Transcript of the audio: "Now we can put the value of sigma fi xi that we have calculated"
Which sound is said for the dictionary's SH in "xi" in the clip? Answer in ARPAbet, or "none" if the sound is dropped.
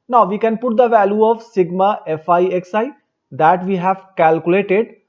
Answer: S